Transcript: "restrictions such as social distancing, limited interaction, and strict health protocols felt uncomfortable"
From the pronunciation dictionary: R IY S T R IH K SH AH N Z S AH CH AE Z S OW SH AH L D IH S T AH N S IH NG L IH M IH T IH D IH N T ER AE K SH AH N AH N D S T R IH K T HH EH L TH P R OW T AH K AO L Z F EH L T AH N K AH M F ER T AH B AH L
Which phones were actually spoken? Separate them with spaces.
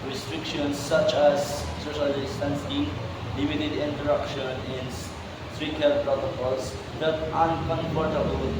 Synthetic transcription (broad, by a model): R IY S T R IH K SH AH N S AH CH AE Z S OW SH AH L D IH S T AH N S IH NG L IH M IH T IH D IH N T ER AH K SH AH N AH N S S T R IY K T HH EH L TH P R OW T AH K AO L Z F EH T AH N K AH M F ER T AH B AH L